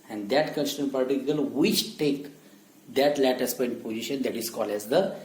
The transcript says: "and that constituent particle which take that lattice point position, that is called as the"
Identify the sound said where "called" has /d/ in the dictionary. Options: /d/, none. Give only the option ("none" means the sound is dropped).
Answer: none